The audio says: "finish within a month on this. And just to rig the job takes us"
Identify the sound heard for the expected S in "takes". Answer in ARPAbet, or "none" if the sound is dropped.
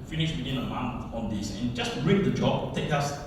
none